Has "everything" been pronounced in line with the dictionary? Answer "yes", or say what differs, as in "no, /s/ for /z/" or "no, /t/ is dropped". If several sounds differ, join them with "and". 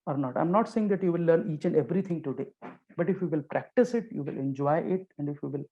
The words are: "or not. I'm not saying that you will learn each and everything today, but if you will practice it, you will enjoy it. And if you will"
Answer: no, /t/ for /θ/